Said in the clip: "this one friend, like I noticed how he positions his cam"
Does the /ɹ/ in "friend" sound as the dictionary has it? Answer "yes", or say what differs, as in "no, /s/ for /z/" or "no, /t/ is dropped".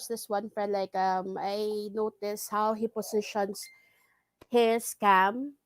no, /ɹ/ is dropped